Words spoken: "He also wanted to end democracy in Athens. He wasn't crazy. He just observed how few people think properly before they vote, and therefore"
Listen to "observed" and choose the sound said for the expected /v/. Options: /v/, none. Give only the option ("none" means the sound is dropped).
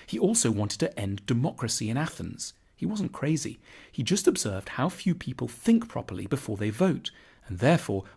/v/